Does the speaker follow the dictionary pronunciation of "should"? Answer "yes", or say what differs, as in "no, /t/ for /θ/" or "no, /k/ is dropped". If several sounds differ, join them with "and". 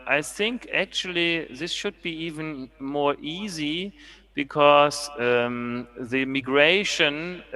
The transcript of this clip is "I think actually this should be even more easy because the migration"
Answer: yes